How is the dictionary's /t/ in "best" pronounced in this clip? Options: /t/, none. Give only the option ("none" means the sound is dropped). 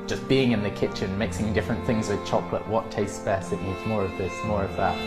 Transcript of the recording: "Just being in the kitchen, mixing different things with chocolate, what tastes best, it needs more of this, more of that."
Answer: none